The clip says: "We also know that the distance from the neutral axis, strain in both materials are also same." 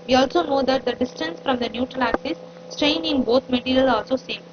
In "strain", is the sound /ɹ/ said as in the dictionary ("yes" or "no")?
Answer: yes